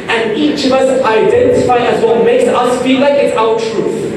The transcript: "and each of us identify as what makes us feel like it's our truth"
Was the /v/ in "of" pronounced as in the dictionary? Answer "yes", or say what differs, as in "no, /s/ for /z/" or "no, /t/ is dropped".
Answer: yes